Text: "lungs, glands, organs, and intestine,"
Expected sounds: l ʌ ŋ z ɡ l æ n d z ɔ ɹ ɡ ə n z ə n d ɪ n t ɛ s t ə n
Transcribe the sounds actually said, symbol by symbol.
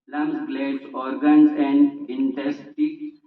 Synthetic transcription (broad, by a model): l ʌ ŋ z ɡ l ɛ d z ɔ ɹ ɡ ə n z ə n d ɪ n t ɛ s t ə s